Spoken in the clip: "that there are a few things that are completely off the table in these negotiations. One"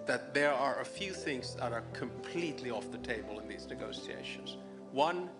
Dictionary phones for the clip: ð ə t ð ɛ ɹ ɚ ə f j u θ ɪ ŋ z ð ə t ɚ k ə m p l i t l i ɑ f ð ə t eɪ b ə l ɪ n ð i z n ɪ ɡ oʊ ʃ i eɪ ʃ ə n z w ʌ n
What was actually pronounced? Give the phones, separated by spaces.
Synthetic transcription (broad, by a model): ð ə t ð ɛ ɹ ɚ ə f j u θ ɪ ŋ z ð ə t ɚ k ə m p l i t l i ɑ f ð ə t eɪ b ə l ɪ n ð i z n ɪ ɡ oʊ s i eɪ ʃ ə n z w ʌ n